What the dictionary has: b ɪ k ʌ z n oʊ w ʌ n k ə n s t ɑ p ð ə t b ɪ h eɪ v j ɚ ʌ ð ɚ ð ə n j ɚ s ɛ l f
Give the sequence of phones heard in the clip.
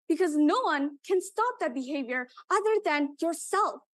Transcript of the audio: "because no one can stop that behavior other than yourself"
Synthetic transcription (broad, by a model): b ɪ k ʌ z n oʊ w ʌ n k ə n s t ɑ p ð ə t b ɪ h eɪ v j ɚ ʌ ð ɚ ð ə n j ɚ s ɛ l f